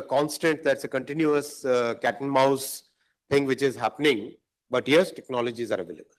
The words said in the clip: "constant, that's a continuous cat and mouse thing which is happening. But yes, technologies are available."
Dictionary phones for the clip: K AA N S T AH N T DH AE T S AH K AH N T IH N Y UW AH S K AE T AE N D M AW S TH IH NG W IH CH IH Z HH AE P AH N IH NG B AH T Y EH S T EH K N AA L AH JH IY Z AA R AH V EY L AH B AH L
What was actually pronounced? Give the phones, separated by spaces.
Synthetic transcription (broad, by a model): K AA N S T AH N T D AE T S AH K AH N T IH N Y UW AH S K AE T N M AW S T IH NG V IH CH IH Z HH AE P AH N IH NG B AH T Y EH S T EH K N AA L AH JH IY Z AA R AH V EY L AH B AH L